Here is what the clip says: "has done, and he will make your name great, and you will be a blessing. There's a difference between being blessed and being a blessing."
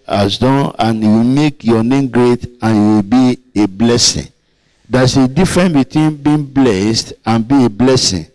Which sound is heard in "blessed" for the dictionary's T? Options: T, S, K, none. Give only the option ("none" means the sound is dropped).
T